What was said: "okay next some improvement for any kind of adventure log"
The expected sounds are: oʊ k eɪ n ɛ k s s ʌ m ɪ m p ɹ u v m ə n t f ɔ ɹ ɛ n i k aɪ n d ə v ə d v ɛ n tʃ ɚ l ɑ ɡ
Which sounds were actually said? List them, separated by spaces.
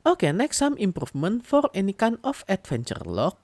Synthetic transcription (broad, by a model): oʊ k eɪ n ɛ k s s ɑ m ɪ m p ɹ u f m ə n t f ɔ ɹ ɛ n i k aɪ n ə f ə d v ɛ n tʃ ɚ l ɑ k